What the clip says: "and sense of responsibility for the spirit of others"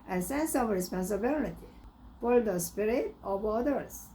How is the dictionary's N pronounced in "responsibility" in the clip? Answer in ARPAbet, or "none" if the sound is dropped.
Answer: N